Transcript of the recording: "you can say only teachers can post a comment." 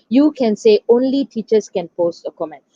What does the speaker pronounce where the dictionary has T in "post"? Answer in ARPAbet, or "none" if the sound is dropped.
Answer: T